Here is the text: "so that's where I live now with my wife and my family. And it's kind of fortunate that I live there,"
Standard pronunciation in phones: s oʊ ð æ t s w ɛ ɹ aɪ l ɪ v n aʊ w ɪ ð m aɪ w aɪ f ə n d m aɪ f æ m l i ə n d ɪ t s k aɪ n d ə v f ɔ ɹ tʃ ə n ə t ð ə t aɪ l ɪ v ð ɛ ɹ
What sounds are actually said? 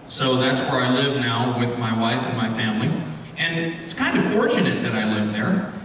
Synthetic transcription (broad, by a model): s oʊ ð æ t s w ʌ ɹ aɪ l ɪ v n aʊ w ɪ ð m aɪ w aɪ f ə n m aɪ f æ m l i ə n ɪ t s k aɪ n d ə f ɔ ɹ tʃ ə n ə t ð ə t aɪ l ɪ v ð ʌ ɹ